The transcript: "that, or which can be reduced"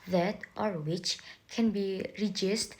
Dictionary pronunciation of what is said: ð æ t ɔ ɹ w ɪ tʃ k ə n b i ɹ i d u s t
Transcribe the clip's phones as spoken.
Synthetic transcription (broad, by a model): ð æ t ɔ ɹ w ɪ tʃ k ə n b i ɹ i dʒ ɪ s t